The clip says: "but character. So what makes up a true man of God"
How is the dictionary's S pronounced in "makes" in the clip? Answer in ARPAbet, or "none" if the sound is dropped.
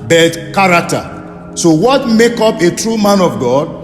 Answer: none